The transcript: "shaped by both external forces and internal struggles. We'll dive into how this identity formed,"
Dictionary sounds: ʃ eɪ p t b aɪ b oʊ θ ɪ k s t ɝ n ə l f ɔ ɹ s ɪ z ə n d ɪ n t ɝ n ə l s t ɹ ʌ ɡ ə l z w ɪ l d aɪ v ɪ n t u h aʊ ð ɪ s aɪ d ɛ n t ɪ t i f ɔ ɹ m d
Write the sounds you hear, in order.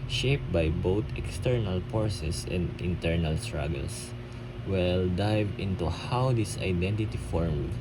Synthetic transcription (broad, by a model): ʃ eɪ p b aɪ b oʊ t ɪ k s t ɝ n ə l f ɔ ɹ s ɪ s ə n d ɪ n t ɝ n ə l s t ɹ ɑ ɡ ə l s w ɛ l d aɪ v ɪ n t u h aʊ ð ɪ s aɪ d ɛ n t ɪ t i f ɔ ɹ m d